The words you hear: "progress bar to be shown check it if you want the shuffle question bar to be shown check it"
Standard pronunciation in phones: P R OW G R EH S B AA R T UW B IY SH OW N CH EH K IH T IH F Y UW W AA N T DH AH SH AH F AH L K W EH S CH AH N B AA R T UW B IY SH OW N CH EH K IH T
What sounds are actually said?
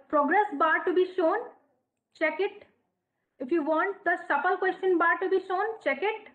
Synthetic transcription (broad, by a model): P R OW G R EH S B AA R T UW B IY SH OW N CH EH K IH T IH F Y UW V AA N T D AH S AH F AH L K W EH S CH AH N B AA R T UW B IY SH OW N CH EH K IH T